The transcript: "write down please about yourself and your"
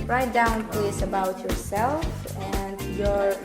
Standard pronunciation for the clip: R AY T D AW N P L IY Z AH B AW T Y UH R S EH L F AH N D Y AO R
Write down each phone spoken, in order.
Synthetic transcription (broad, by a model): R AY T D AW N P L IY S AH B AW T Y UH R S EH L F AH N D Y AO R